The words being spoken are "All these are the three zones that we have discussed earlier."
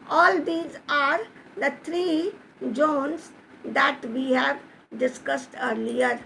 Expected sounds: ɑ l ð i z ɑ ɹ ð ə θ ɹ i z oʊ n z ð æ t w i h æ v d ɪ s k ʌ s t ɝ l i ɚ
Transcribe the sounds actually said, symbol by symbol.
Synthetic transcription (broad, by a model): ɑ l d i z ɑ ɹ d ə t ɹ i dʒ oʊ n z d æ t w i h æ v d ɪ s k ʌ s t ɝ l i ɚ